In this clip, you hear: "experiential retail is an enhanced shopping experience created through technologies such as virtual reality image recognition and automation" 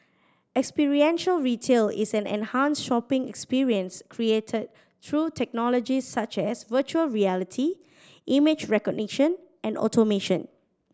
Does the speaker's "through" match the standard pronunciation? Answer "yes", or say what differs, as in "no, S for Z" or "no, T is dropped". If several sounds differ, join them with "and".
no, T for TH